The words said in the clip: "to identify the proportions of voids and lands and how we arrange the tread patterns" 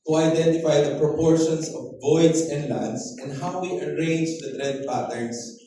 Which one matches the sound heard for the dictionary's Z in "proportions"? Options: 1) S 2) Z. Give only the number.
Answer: 1